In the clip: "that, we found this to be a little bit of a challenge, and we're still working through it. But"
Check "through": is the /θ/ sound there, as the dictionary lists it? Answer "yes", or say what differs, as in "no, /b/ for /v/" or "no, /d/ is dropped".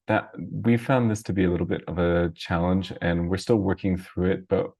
yes